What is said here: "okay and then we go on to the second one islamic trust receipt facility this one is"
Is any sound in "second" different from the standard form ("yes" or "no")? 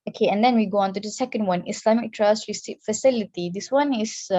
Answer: no